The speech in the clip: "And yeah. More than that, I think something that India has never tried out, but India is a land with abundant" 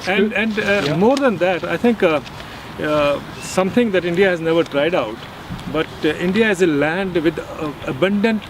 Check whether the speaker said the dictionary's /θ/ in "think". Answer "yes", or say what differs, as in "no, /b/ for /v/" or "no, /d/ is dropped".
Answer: no, /t/ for /θ/